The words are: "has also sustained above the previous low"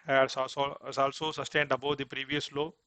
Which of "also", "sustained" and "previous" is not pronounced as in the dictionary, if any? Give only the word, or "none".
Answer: none